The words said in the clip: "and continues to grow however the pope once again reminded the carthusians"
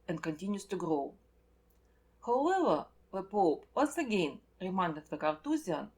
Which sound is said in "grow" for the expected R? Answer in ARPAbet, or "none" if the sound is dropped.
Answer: R